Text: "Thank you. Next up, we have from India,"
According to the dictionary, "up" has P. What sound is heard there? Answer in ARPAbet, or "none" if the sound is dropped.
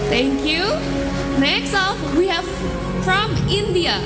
F